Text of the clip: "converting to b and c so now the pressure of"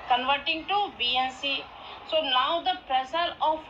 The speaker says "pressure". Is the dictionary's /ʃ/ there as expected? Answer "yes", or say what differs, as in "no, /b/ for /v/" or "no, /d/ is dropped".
no, /s/ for /ʃ/